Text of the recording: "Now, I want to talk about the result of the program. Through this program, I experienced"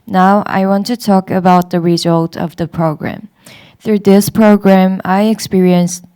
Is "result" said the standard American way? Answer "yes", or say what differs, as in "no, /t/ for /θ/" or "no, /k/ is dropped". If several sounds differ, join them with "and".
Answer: yes